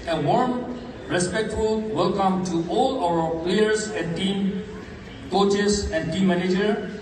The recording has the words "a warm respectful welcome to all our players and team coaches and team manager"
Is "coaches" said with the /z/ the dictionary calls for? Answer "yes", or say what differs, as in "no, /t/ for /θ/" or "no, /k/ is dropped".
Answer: no, /s/ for /z/